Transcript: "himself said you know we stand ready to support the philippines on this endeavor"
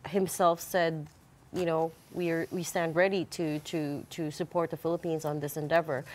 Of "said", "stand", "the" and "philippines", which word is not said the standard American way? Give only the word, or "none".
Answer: none